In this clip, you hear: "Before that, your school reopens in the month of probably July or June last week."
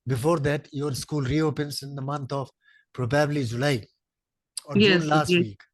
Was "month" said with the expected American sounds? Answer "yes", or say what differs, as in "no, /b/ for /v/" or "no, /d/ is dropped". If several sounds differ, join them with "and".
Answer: no, /t/ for /θ/